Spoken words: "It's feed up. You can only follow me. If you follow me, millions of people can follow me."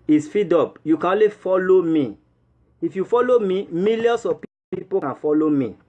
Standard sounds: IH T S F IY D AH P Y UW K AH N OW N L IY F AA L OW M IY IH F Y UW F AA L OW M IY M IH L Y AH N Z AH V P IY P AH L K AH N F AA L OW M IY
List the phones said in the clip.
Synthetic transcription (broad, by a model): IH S F IY D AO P Y UW K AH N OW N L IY F AA L OW M IY IH F Y UW F AA L OW M IY M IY L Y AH N S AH P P IY P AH K AH N F AA L OW M IY